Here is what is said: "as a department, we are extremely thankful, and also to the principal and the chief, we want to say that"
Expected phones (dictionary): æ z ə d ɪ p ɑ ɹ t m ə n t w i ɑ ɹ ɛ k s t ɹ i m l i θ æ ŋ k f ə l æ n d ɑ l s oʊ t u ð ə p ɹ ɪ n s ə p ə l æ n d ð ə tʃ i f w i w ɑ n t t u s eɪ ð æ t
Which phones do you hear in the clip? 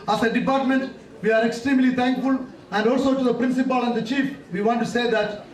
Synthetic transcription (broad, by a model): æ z ə d ɪ p ɑ ɹ t m ə n t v i ɑ ɹ ɛ k s t ɹ i m l i t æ ŋ k f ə l æ n d ɑ l s oʊ t u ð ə p ɹ ɪ n s ə p ə l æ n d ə tʃ i f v i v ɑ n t t u s eɪ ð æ t